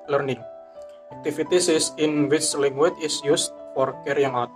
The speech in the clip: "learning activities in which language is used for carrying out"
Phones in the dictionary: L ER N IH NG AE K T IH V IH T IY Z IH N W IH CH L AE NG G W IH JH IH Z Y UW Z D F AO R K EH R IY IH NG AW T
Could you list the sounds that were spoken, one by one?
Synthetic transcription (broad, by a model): L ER N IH NG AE K T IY F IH T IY S IH N W IH CH L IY NG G W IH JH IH S Y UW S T F AO R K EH R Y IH NG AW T